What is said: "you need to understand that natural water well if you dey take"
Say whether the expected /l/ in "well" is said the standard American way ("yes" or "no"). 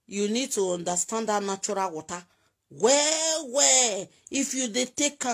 no